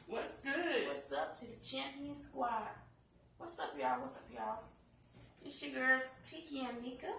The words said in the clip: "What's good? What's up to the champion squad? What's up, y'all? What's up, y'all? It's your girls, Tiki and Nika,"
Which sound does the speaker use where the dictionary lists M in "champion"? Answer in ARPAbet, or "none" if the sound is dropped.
M